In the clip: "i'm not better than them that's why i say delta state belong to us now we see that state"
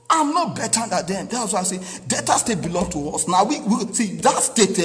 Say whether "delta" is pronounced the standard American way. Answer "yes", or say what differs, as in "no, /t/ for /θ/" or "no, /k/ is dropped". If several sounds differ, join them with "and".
no, /l/ is dropped